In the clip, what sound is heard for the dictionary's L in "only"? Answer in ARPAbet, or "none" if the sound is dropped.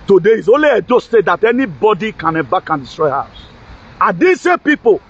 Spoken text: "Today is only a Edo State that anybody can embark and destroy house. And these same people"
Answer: L